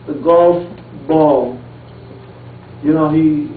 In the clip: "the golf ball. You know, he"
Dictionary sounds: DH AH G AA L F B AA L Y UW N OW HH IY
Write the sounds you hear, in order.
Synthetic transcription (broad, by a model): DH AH G AA L F B AA L Y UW N OW HH IY